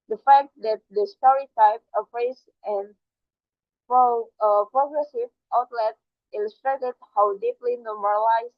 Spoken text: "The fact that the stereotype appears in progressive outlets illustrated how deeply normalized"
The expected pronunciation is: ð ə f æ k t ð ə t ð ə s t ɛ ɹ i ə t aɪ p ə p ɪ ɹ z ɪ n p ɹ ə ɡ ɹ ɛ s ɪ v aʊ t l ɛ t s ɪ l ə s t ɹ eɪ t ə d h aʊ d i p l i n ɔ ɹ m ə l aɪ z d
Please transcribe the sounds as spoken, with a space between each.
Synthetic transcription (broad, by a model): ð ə f æ k t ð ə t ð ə s t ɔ ɹ i t aɪ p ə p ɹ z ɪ n p ɹ ə ɡ ɹ ɛ s ɪ v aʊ t l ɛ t ɪ l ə s t ɹ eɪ t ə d h aʊ d i p l i n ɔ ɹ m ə l aɪ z